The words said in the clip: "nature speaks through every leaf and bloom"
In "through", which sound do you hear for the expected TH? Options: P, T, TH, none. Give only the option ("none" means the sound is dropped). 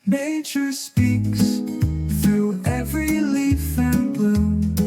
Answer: TH